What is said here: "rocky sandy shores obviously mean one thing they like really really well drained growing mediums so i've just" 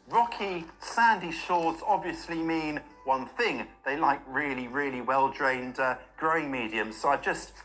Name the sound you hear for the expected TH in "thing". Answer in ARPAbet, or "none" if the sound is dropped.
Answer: TH